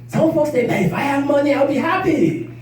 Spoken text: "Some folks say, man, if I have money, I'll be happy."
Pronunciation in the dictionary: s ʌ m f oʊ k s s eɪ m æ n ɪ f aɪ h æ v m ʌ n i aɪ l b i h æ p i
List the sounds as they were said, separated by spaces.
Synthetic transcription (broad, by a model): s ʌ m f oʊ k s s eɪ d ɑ ɪ f aɪ h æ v m ʌ n i aɪ l b i h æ p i